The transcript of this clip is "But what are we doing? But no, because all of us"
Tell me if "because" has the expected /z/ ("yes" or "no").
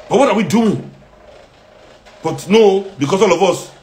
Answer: no